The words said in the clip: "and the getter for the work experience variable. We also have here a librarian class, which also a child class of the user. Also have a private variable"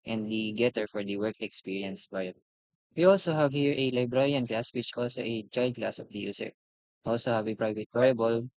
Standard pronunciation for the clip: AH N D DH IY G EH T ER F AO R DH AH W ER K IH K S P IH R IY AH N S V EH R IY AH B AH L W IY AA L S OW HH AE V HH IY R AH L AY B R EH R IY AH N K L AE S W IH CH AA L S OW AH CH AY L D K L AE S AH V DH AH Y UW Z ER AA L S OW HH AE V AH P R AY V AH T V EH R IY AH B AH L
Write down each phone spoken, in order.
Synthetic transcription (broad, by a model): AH N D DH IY G EH T ER F AO R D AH W ER K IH K S P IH R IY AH N S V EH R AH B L W IY AA L S OW HH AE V HH IY R AH L AY B R EH R IY AH N K L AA S W IH CH AA L S OW AH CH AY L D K L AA S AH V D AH Y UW S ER AA L S OW HH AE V AH P R AY V AH T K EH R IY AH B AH L